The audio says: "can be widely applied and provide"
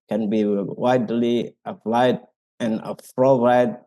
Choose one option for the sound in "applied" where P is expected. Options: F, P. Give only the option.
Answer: F